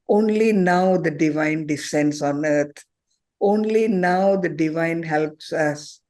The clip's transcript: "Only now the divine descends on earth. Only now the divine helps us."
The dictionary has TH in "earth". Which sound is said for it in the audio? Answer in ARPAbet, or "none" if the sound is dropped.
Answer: T